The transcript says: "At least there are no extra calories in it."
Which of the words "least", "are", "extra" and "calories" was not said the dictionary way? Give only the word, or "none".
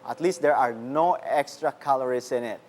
calories